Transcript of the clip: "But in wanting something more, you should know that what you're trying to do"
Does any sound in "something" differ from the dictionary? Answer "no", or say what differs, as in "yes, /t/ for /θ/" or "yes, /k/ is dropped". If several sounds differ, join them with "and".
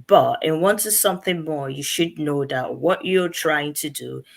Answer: no